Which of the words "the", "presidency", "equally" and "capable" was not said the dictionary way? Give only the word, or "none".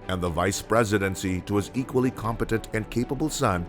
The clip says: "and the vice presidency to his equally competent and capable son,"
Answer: none